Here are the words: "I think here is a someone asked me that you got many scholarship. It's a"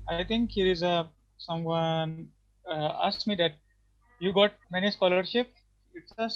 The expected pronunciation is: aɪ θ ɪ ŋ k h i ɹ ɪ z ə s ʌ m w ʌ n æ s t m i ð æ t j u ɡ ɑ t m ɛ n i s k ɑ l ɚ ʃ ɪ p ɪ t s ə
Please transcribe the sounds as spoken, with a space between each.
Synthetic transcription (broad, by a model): aɪ t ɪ ŋ k h i ɹ ɪ z ə s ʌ m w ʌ n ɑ s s m i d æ t j u ɡ ɑ t m ɛ n i s k ɑ l ɚ ʃ ɪ p ɪ t s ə